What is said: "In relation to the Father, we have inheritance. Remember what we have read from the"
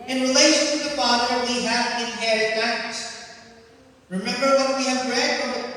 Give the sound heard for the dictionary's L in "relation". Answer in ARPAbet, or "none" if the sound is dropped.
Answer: L